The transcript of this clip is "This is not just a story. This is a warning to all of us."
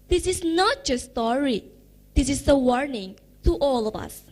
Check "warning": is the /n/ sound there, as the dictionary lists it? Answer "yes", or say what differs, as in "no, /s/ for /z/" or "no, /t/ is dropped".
yes